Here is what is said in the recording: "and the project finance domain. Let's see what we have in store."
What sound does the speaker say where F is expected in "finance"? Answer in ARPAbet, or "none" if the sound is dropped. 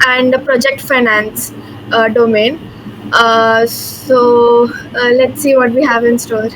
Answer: F